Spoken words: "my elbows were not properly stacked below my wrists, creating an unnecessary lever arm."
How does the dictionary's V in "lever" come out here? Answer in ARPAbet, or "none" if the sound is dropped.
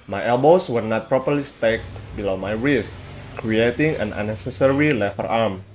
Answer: F